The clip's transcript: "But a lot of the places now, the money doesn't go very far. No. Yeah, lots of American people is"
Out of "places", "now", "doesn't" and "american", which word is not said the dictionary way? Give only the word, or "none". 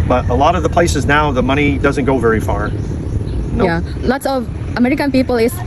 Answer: none